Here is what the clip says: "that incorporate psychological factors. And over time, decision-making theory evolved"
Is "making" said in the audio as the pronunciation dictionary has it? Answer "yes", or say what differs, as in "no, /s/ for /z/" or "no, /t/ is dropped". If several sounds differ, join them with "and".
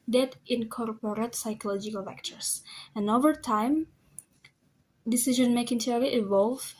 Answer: yes